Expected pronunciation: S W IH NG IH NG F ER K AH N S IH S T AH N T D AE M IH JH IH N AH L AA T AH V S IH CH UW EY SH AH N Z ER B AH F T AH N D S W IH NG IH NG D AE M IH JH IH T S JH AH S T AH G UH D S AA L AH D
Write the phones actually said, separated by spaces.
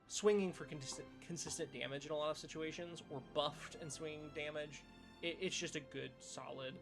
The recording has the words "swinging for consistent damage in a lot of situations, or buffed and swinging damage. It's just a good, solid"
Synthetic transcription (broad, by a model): S W IH NG IH NG F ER K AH N S IH S T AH N D AE M IH JH IH N AH L AA T AH V S IH CH UW EY SH AH N Z ER B AH F T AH N S W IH IH NG D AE M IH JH IH T S JH AH S T AH G UH D S AA L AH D